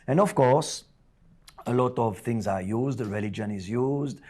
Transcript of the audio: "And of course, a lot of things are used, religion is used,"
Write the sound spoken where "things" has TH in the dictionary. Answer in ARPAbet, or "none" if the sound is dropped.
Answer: T